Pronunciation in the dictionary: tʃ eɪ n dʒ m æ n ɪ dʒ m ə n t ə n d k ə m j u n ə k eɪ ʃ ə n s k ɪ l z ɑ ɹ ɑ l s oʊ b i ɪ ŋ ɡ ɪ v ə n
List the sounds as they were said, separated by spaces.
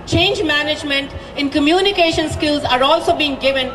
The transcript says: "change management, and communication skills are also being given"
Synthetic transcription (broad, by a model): tʃ eɪ n dʒ m æ n ɪ dʒ m ə n t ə n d k ə m j u n ə k eɪ ʃ ə n s k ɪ l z ɑ ɹ ɑ l s oʊ b i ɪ ŋ ɡ ɪ v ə n